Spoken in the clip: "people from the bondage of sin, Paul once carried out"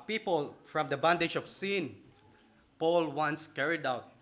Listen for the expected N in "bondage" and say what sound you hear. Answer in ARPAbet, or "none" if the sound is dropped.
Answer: N